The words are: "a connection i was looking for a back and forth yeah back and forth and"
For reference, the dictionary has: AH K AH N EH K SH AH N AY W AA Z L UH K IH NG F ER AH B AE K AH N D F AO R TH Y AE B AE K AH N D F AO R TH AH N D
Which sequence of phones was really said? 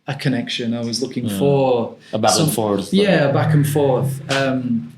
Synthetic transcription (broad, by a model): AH K AH N EH K SH AH N AY W AA Z L UH K IH NG F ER AH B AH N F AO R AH Y AE B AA K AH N F AO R TH AH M